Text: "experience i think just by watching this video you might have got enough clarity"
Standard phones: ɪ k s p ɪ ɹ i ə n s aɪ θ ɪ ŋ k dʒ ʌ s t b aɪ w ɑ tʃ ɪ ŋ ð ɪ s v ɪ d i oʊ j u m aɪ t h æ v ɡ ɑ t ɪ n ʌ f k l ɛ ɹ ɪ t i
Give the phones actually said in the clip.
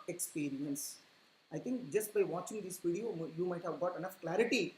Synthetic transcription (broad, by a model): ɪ k s p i ɹ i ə n s aɪ t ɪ ŋ k dʒ ʌ s t b aɪ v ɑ tʃ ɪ ŋ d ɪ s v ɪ d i oʊ j u m aɪ t h æ v ɡ ɑ t ɪ n ʌ f k l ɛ ɹ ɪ t i